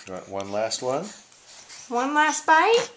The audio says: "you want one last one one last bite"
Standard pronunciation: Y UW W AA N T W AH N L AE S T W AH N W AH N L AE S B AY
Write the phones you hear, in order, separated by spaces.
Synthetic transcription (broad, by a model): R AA T W AH N L AE S T W AH N W AH N L AE S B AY